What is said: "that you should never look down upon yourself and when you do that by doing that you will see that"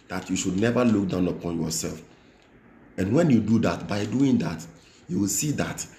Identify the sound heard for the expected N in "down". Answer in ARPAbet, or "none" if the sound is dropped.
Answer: N